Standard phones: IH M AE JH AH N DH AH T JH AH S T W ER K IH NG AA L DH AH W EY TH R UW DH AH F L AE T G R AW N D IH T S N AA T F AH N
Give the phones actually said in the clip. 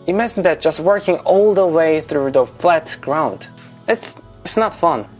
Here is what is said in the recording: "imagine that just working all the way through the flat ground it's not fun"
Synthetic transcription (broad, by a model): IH M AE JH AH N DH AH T JH AH S T W ER K IH NG AA L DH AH W EY TH R UW DH AH F L AE T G R AW N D IH T S N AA T F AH N